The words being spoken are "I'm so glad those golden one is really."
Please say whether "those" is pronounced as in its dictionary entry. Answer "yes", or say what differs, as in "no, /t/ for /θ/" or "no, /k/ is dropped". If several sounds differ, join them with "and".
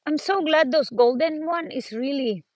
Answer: no, /s/ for /z/